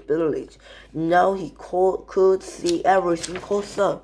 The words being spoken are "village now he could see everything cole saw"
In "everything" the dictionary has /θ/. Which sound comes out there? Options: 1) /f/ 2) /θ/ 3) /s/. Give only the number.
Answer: 3